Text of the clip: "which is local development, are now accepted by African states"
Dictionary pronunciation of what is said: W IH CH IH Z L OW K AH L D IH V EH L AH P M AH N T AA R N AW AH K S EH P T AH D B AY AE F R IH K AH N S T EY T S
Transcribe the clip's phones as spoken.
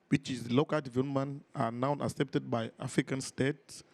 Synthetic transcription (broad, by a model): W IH CH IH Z L OW K AH L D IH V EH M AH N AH N AA W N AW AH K S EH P T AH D B AY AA F R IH K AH N S T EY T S